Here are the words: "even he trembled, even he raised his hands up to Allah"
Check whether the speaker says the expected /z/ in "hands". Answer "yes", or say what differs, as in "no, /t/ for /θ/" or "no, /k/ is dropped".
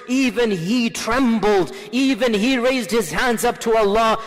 yes